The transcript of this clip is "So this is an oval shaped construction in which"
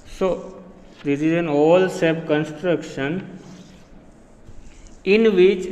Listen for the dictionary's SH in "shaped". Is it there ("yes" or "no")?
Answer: no